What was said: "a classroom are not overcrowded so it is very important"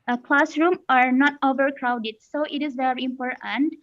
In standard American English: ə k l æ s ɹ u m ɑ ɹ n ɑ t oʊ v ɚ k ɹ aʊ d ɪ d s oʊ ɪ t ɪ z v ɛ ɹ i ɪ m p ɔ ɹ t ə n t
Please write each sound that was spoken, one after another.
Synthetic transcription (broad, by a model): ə k l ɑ s ɹ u m ɑ ɹ n ɑ t oʊ v ɚ k ɹ aʊ d ɪ d s oʊ ɪ t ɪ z v ɛ ɹ i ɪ m p ɔ ɹ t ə n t